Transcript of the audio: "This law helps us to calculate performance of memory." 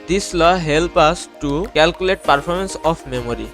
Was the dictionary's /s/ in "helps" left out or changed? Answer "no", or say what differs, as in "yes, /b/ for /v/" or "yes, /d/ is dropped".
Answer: yes, /s/ is dropped